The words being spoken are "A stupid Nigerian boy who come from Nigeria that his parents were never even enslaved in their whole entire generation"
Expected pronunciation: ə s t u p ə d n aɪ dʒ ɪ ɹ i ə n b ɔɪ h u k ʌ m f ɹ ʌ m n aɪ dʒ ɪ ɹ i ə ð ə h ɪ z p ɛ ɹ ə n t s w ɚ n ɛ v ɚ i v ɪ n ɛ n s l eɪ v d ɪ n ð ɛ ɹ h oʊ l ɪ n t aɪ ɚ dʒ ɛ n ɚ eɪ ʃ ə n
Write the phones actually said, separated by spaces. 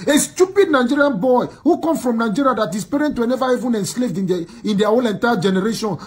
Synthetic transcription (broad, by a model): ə s t u p ə d n aɪ dʒ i ɹ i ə n b ɔɪ h u k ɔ m f ɹ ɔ m n aɪ dʒ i ɹ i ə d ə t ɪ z p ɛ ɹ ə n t w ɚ n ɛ v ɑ i v ɪ n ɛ n s l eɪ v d ɪ n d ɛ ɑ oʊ l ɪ n t aɪ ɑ dʒ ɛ n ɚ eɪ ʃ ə n